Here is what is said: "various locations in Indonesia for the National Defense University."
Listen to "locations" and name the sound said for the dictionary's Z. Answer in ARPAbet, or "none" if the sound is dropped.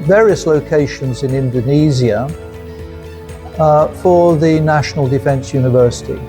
Z